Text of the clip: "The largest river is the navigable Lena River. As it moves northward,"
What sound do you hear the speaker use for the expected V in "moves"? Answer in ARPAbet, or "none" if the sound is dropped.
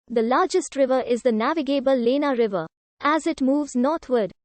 V